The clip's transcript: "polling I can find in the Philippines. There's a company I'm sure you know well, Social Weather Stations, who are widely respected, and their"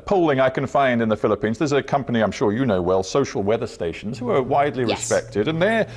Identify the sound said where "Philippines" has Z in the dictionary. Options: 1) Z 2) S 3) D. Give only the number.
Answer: 1